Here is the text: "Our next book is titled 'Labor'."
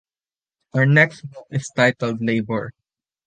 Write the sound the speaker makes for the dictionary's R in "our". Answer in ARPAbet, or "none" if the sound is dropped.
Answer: R